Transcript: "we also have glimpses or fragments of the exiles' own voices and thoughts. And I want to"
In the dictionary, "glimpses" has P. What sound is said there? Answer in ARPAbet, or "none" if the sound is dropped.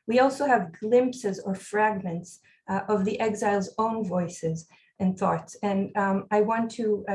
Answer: P